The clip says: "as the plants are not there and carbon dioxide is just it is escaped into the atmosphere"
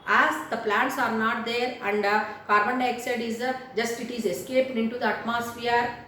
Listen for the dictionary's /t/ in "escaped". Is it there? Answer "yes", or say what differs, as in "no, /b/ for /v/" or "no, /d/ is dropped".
no, /t/ is dropped